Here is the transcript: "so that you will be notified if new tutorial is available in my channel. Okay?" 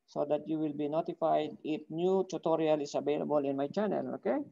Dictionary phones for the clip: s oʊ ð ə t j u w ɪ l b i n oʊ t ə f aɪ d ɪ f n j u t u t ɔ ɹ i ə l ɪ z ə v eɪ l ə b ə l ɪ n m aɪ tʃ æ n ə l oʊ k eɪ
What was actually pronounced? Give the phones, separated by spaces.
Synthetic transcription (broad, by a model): s oʊ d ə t j u w ɪ l b i n oʊ t ə f aɪ d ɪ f n j u t u t ɔ ɹ i ə l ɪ s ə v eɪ l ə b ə l ɪ n m aɪ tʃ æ n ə l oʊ k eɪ